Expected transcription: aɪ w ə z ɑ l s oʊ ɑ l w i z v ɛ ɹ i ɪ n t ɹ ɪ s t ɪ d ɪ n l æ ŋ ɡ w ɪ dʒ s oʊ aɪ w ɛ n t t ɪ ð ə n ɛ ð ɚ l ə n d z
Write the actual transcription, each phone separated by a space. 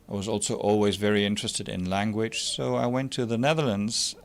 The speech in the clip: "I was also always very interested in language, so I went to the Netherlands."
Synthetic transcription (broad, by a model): aɪ w ə z ɑ l s oʊ ɑ l w i z v ɛ ɹ i ɪ n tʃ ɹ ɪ s t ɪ d ɪ n l æ ŋ ɡ w ɪ dʒ s oʊ aɪ w ɛ n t t ɪ ð ə n ɛ ð ɚ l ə n d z